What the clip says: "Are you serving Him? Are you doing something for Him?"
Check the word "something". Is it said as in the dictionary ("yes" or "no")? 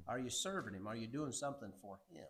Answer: yes